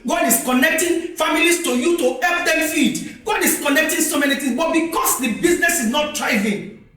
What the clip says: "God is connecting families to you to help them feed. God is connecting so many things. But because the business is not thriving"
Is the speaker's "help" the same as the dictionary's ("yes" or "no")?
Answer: no